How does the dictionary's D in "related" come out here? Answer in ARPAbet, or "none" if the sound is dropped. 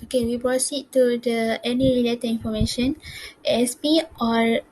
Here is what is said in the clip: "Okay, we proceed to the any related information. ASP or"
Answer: none